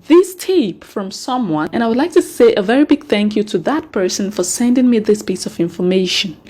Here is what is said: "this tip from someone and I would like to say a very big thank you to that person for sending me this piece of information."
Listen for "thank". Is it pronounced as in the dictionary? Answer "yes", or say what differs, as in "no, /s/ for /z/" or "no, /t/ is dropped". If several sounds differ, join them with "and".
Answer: yes